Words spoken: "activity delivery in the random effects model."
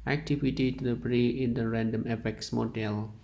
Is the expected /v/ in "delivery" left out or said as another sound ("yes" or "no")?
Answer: yes